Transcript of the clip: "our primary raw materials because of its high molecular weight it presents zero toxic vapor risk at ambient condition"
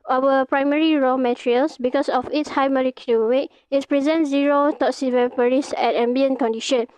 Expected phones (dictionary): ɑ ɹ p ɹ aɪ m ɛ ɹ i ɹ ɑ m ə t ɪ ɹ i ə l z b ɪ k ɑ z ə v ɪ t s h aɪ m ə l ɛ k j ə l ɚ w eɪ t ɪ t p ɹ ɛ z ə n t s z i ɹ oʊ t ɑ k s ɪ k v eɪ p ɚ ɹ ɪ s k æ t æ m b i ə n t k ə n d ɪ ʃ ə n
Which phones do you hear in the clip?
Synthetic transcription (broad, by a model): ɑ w p ɹ aɪ m ɛ ɹ i ɹ ɑ m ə t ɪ ɹ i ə l s b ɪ k ɑ s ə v ɪ t s h aɪ m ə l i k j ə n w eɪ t ɪ t p ɹ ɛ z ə n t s z i ɹ oʊ t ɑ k s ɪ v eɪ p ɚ ɹ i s ɛ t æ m b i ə n k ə n d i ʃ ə n